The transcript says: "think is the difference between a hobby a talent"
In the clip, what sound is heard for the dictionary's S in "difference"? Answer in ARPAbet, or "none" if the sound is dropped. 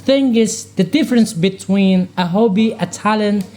S